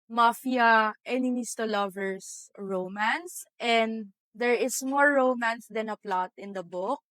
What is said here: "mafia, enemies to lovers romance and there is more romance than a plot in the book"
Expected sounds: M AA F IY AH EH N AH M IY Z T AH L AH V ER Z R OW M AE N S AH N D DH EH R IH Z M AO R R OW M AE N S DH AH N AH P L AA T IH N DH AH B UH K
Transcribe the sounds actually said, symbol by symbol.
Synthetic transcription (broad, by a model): M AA F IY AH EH N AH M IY S T AH L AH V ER S R OW M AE N S AH N D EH R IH S M AO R R OW M AE N S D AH N AH P L AA T IH N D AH B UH K